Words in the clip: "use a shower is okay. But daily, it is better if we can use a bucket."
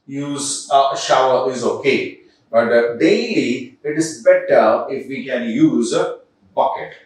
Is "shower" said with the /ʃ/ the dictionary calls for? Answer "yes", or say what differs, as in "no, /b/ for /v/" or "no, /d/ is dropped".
yes